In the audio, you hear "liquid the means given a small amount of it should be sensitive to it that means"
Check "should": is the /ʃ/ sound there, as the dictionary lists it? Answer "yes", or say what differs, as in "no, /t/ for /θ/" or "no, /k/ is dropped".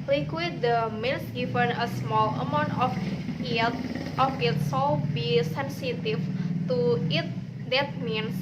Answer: no, /s/ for /ʃ/